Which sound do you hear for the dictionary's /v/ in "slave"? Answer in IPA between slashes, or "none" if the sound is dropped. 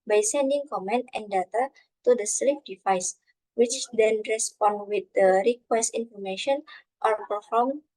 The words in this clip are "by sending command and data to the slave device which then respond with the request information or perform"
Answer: /f/